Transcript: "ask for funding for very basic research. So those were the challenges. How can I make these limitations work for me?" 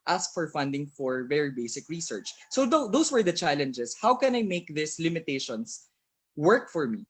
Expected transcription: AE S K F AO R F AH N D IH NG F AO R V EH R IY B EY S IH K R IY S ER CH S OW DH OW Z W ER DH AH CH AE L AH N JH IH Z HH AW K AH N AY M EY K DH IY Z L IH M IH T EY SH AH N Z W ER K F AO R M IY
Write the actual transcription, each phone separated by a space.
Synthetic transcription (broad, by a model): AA S K F AO R F AH N D IH NG F AO R V EH R IY B EY S IH K R IY S ER CH S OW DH OW S W ER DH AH CH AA L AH N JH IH S HH AW K AH N AY M EY K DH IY S L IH M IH T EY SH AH N S W ER K F AO R M IY